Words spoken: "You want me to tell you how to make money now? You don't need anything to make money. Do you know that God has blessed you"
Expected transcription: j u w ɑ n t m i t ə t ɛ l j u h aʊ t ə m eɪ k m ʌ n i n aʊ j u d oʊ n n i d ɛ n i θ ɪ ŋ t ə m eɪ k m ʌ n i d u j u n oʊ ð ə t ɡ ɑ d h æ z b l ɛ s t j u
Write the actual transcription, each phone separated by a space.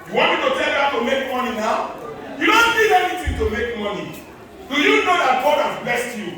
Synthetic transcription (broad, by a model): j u w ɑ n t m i t ə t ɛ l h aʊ t ə m eɪ k m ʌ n i n aʊ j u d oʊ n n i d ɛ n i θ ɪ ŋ t ə m eɪ k m ʌ n i d u j u n oʊ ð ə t ɡ ɑ d h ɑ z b ɛ s t j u